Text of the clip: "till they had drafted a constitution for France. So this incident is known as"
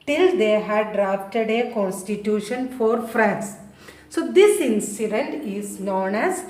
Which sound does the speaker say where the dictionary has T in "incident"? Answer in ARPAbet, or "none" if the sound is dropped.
T